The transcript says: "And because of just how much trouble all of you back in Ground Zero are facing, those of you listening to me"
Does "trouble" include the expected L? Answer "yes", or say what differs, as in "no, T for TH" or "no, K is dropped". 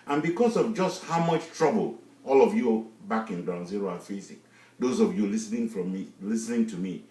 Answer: yes